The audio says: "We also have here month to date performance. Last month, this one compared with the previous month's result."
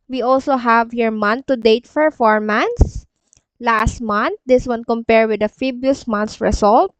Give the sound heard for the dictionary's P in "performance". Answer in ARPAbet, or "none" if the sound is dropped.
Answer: F